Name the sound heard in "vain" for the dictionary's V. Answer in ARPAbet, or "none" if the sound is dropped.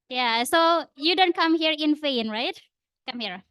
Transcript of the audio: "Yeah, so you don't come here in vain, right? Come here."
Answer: F